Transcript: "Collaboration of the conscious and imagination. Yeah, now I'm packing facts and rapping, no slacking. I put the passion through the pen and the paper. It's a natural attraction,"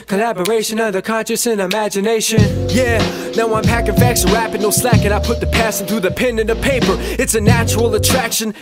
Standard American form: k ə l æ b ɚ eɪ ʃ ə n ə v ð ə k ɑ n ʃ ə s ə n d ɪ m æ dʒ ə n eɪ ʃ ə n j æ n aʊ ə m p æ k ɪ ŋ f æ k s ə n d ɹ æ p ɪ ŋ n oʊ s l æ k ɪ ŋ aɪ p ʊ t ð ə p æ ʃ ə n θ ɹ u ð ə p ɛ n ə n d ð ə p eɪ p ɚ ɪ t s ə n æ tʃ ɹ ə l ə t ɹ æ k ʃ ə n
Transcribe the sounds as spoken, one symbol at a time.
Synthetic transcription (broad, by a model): k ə l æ b ɚ eɪ ʃ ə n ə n ð ə k ɑ n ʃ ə s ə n ɪ m æ dʒ ə n eɪ ʃ ə n j æ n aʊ ə m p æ k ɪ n f æ k s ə ɹ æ p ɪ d n oʊ s l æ k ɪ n aɪ p ʊ t ð ə p æ s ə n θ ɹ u ð ə p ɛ n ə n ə p eɪ p ɚ ɪ t s ə n æ tʃ ɹ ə l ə t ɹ æ k ʃ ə n